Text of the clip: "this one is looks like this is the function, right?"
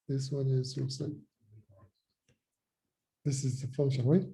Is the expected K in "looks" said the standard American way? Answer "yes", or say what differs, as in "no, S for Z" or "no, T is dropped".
no, K is dropped